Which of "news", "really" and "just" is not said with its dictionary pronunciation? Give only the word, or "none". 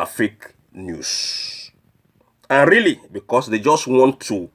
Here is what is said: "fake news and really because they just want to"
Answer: news